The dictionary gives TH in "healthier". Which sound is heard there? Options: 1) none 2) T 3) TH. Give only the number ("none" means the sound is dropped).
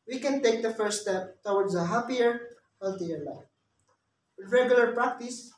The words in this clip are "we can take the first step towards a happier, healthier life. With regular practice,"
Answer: 2